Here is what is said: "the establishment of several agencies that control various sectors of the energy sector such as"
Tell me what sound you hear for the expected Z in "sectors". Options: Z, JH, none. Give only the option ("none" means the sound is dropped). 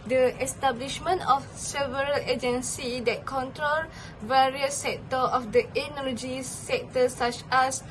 none